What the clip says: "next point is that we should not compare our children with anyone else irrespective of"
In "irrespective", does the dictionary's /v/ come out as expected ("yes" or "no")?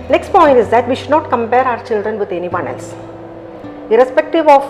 yes